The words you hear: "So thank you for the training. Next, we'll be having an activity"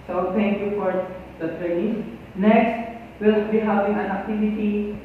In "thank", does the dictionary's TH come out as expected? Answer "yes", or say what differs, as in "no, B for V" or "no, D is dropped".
no, T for TH